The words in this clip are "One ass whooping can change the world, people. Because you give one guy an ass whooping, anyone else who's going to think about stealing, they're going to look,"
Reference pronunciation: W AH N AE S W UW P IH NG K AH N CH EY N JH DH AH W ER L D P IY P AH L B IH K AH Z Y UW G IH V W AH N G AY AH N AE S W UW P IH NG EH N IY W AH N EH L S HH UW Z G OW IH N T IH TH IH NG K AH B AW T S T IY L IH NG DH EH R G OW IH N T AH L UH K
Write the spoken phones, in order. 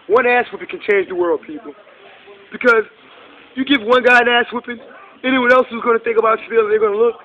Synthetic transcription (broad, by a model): W AH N AE S W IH P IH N K AH N CH EY N JH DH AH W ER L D P IY P L B IH K AH Z Y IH G IH V W AH N G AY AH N AE S W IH P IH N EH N IY W AH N EH L S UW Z G OW IH N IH TH IH NG K AH B AW T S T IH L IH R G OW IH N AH L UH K